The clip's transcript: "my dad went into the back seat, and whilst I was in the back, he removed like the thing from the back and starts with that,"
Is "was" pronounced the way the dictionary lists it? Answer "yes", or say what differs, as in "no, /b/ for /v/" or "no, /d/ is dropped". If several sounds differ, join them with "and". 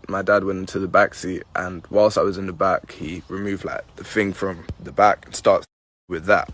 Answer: yes